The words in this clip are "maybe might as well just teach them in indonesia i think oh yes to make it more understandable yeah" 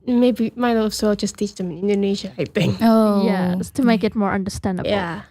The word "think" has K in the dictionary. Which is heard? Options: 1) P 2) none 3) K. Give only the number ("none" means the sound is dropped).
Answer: 2